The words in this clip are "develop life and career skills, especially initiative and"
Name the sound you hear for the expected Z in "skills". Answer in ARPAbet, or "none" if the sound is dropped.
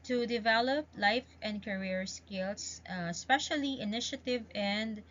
S